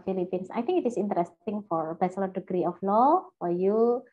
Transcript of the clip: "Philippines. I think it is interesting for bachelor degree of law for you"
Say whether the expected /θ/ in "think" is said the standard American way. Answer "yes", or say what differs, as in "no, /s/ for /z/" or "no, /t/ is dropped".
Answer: no, /t/ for /θ/